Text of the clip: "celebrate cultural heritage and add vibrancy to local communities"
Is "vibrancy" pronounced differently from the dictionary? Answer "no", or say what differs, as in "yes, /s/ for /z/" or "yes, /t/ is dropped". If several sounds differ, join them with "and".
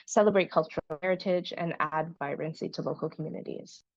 yes, /b/ is dropped